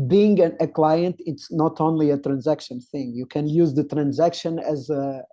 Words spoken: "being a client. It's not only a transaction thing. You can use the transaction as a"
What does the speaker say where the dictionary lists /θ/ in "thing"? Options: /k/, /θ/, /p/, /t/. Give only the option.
/θ/